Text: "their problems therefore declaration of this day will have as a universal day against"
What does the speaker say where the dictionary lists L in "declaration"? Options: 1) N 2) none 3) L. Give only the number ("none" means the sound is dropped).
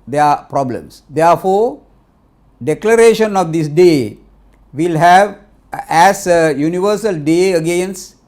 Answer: 3